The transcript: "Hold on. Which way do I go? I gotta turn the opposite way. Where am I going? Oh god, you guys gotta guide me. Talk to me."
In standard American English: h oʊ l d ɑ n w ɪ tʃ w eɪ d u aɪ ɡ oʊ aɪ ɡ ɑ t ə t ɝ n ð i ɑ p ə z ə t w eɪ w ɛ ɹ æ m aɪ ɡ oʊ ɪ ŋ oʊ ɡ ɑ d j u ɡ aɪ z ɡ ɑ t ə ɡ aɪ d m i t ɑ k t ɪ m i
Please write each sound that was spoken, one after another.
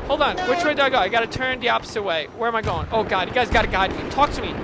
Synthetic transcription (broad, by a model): h oʊ l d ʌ n w ɪ tʃ w eɪ d u aɪ ɡ oʊ aɪ ɡ ɑ t ə t ɝ n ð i ɑ p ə s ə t w eɪ w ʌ ɹ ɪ m aɪ ɡ oʊ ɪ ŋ oʊ ɡ ɑ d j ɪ ɡ aɪ z ɡ ɑ t ə ɡ aɪ d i t ɑ k t ɪ m i